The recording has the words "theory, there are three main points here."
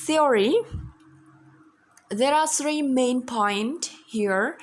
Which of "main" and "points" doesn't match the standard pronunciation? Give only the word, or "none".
points